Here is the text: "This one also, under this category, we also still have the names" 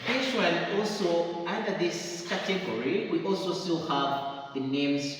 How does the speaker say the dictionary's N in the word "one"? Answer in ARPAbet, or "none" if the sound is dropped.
L